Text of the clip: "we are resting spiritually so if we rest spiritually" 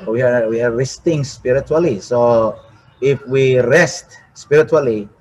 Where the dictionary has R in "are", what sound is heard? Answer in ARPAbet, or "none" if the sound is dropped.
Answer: W